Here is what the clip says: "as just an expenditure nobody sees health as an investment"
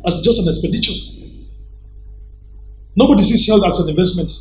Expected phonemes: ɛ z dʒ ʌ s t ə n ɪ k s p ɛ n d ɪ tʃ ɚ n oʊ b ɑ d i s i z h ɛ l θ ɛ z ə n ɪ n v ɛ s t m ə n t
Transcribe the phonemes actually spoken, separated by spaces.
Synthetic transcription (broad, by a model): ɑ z dʒ ʌ s t ə n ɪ k s p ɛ d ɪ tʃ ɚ n oʊ b ɑ d i s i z h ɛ l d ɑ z ə n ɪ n v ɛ s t m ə n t